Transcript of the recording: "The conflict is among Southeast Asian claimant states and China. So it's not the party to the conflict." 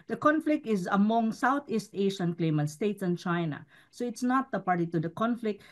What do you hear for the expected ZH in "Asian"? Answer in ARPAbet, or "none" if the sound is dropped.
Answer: SH